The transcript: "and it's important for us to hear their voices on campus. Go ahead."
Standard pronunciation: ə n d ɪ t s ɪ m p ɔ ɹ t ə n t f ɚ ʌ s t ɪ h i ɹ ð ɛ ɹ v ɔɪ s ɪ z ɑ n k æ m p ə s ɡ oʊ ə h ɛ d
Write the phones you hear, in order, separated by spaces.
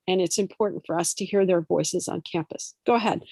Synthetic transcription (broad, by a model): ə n ɪ t s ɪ m p ɔ ɹ t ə n t f ɚ ʌ s t ɪ h i ɹ ð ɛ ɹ v ɔɪ s ɪ z n k æ m p ə s ɡ oʊ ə h ɛ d